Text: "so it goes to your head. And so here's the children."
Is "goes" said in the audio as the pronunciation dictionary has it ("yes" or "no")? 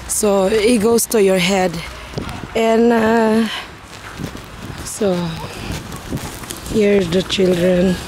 no